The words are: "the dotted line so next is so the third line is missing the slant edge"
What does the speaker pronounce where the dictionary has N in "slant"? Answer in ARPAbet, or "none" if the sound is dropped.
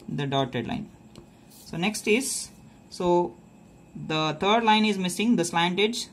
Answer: N